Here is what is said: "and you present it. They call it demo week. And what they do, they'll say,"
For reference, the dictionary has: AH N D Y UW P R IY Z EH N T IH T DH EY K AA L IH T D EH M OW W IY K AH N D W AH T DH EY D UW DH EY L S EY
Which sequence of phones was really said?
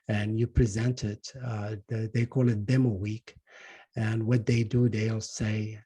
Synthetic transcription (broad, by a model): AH N Y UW P R IY Z EH N T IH T DH EY K AA L IH T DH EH M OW W IY K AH N W AH T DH EY D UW DH EY L S EY